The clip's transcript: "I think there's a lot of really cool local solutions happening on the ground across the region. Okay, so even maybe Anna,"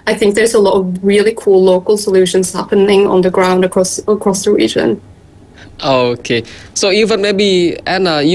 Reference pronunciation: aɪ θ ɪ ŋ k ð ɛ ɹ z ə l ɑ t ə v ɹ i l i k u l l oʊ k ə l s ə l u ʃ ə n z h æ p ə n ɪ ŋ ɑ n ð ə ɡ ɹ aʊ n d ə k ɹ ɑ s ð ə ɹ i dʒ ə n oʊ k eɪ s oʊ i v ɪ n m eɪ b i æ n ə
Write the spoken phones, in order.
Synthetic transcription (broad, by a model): aɪ θ ɪ ŋ k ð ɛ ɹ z ə l ɑ t ə v ɹ i l i k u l l oʊ k ə l s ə l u ʃ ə n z h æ p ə n ɪ ŋ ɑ n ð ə ɡ ɹ aʊ n d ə k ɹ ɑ s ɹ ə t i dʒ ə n oʊ k eɪ s oʊ i v ɪ n m eɪ b i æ n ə